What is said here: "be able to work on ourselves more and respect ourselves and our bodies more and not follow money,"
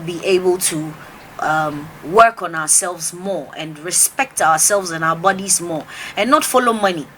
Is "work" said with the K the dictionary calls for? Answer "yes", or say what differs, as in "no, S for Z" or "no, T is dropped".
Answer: yes